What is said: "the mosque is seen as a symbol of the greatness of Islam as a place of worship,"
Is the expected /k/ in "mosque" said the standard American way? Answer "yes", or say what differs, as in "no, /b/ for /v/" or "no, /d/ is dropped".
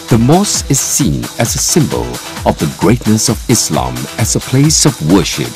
no, /k/ is dropped